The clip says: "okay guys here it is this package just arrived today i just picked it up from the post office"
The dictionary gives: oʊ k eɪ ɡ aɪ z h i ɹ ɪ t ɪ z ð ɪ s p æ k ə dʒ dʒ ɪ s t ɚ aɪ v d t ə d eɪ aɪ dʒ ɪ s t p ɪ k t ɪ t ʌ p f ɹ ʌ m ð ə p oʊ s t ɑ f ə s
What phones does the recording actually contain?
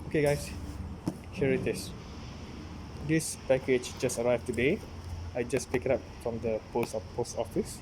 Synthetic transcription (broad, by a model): oʊ k eɪ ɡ aɪ s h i ɹ ɪ t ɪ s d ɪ s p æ k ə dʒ dʒ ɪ s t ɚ aɪ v t ə d eɪ aɪ dʒ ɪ s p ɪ k ɪ t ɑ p f ɹ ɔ m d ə p oʊ s t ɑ f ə s